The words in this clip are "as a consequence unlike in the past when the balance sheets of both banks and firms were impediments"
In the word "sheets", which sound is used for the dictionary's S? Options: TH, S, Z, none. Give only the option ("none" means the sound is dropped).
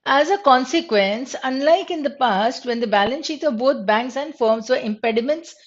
none